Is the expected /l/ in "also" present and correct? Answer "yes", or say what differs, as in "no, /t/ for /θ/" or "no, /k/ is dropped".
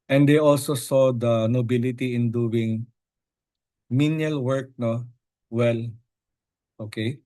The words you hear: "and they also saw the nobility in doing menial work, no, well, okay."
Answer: yes